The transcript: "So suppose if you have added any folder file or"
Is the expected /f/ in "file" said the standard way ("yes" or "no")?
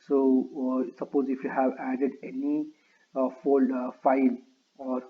yes